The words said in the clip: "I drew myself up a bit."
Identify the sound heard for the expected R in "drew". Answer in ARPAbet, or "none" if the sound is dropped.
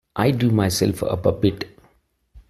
none